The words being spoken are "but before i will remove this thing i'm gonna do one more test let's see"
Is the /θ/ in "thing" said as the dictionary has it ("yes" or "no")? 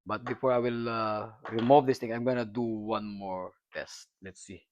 no